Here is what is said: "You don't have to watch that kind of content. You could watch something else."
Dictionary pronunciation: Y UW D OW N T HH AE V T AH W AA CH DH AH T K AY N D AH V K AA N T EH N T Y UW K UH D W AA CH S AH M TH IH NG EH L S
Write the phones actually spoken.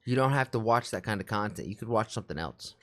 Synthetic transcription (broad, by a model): Y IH D OW N T HH AE F T AH W AA CH DH AH T K AY N D AH V K AA N T EH N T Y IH K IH D W AA CH S AH M TH IH NG EH L S